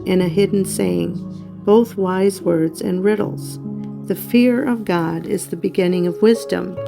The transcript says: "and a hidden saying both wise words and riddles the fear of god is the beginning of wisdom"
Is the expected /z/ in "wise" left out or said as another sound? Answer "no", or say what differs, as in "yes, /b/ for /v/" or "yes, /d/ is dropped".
no